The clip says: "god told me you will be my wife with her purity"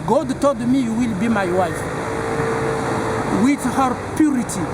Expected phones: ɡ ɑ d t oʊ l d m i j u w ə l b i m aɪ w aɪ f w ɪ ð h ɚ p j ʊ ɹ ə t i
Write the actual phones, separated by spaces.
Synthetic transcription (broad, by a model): ɡ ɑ d t oʊ l d m i j u w ə l b i m aɪ w aɪ f w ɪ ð h ɚ p j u ɹ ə t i